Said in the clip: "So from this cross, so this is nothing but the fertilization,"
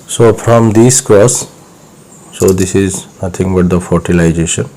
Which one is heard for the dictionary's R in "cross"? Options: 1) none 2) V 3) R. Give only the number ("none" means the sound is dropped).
1